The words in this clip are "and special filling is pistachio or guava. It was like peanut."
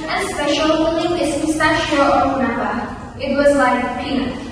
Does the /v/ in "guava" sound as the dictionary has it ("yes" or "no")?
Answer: no